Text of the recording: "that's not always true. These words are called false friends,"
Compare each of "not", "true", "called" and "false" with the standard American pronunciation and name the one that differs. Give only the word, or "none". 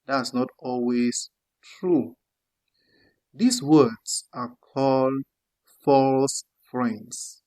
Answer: none